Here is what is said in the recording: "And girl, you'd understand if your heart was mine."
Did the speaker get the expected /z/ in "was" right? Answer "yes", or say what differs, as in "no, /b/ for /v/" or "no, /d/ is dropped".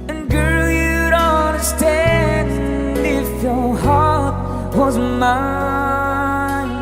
yes